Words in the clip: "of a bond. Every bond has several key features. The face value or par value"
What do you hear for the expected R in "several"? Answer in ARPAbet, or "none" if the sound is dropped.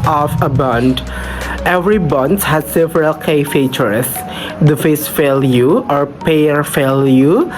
R